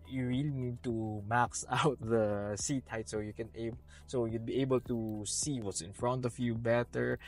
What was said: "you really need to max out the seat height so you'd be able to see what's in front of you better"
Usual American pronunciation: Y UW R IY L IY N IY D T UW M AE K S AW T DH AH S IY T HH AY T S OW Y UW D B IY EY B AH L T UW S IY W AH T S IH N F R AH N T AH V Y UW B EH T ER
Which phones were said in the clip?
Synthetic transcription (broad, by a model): Y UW R IY L IY N IY D T UW M AE K S AW T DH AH S IY T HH AY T S OW Y UW D B IY EY B AH L T UW S IY W AH T S IH N F R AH N T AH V Y UW B EH T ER